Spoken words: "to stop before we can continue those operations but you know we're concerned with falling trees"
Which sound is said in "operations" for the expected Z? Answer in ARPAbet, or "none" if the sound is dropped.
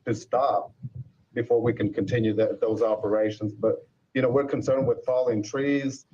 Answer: Z